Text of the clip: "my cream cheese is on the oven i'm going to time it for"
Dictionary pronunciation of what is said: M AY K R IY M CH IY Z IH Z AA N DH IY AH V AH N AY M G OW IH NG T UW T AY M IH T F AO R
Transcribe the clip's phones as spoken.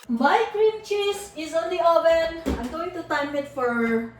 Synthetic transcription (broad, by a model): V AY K R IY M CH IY S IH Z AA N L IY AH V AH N AY M G OW IH NG T UW T AY M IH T F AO R